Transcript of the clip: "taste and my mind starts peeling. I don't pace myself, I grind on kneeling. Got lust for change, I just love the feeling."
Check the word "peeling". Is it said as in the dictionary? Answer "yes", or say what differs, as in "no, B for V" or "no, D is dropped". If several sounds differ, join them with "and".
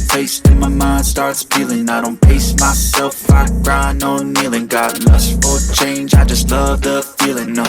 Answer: no, F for P